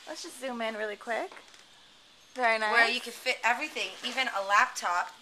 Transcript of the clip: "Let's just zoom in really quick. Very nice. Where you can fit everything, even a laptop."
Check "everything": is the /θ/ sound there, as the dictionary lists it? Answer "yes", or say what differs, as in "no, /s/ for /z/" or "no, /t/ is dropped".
yes